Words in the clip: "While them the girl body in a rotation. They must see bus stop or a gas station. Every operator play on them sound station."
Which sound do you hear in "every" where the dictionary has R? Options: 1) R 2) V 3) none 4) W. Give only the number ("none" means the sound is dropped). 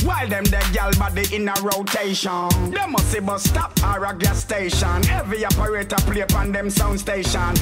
3